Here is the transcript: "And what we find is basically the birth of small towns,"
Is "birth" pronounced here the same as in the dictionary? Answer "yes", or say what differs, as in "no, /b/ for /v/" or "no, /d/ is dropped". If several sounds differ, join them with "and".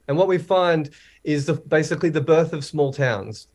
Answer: yes